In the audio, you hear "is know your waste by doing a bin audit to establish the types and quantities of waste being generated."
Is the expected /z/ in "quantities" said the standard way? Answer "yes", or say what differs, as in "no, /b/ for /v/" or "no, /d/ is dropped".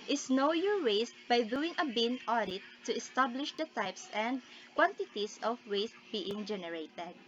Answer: no, /s/ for /z/